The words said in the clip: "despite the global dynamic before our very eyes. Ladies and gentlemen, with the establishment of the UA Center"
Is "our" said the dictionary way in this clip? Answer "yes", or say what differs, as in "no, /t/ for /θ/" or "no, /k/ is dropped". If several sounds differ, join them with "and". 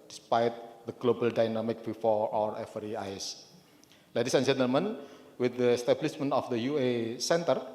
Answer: yes